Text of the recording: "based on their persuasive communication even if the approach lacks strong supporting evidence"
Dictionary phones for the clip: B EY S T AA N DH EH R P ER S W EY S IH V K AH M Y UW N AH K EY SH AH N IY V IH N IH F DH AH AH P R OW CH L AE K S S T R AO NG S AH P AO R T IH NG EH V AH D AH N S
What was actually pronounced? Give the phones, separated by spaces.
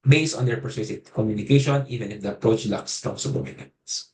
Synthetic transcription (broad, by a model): B EY S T AA N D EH R P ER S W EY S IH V K AH M Y UW N AH K EY SH AH N IY V IH N IH F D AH AH P R OW CH L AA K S S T AO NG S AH B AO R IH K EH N S